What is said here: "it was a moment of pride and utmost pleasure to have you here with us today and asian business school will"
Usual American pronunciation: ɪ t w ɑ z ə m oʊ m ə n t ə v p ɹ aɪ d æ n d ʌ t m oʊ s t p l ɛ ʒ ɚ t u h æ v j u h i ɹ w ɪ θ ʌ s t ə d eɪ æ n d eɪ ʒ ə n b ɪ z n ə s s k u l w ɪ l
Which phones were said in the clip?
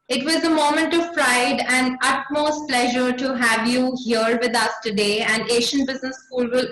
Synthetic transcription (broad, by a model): ɪ t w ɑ z ə m oʊ m ə n t ə v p ɹ aɪ d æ n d ʌ t m oʊ s t p l ɛ ʒ ɚ t u h æ v j u h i ɹ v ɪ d ʌ s t ə d eɪ æ n d eɪ ʃ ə n b ɪ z n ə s s k u l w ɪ l